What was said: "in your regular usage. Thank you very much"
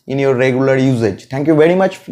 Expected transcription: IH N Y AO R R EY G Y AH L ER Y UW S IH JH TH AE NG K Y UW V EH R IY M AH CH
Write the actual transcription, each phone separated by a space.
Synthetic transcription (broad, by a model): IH N Y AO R R EY G Y AH L ER Y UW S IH JH T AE NG K Y UW V EH R IY M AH CH